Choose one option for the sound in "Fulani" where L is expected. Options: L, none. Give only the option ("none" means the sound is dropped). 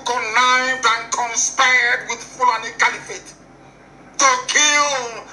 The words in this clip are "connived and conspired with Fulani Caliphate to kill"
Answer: none